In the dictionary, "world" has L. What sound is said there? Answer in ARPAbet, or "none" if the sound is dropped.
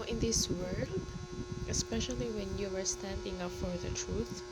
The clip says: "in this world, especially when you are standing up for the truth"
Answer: L